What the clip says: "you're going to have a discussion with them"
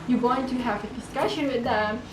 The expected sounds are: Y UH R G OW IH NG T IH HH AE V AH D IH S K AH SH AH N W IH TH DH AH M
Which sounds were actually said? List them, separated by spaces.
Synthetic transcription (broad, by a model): Y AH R G OW IH NG T IH HH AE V AH D IH S K AH SH AH N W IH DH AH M